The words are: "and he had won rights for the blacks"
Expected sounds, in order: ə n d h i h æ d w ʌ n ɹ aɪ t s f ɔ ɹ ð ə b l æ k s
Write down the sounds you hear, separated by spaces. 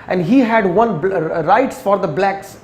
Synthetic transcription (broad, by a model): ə n d h i h æ d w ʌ n ɹ aɪ t s f ɔ ɹ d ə b l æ k s